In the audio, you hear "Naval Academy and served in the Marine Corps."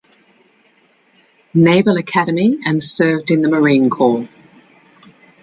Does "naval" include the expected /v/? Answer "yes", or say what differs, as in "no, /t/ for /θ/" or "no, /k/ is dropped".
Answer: no, /b/ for /v/